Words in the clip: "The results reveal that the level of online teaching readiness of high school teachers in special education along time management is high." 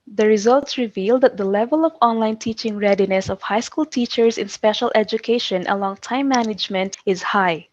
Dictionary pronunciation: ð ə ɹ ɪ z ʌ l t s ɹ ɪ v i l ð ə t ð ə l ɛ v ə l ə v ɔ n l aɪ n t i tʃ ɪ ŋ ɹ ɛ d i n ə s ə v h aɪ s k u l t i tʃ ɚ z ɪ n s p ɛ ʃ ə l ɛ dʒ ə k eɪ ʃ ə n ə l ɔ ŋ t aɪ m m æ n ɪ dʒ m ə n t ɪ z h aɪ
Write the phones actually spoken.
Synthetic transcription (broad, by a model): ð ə ɹ ɪ z ʌ l t s ɹ ɪ v i l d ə t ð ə l ɛ v ə l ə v ɔ n l aɪ n t i tʃ ɪ ŋ ɹ ɛ d i n ə s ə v h aɪ s k u l t i tʃ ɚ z ɪ n s p ɛ ʃ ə l ɛ dʒ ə k eɪ ʃ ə n ə l ɔ ŋ t aɪ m m æ n ɪ dʒ m ə n t ɪ z h aɪ